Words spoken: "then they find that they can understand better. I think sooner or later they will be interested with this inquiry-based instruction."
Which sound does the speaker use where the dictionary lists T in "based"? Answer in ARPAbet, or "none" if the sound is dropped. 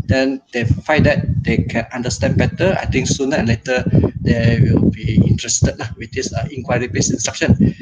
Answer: none